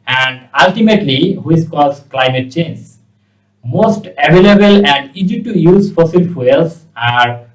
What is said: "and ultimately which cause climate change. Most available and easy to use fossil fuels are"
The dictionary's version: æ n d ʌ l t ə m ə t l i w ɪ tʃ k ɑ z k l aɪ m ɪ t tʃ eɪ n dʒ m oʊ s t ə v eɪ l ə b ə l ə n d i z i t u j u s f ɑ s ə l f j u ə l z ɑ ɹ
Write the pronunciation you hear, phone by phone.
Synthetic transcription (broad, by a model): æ n d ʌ l t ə m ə t l i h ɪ s k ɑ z k l aɪ m ɪ t tʃ eɪ n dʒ m oʊ s t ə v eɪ l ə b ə l ə n d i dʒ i t u j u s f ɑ s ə l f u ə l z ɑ ɹ